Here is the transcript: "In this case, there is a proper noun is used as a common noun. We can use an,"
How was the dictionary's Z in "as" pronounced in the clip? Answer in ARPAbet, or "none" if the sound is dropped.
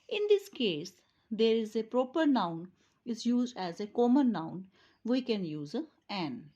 Z